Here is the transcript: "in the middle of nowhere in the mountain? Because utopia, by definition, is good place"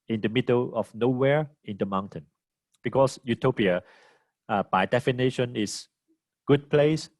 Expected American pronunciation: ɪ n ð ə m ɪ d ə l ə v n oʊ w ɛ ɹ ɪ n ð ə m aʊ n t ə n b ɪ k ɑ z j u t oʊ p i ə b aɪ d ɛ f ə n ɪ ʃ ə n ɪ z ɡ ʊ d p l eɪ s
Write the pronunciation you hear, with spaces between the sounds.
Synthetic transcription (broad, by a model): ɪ n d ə m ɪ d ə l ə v n oʊ w ɛ ɹ ɪ n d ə m aʊ n t ə n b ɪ k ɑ s j u t oʊ p i ə b aɪ d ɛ f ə n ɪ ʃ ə n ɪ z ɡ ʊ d p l eɪ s